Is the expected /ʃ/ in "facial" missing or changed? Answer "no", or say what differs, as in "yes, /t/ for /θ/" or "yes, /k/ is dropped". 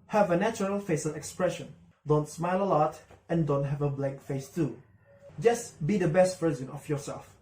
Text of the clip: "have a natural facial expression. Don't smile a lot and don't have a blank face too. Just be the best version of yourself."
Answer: yes, /s/ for /ʃ/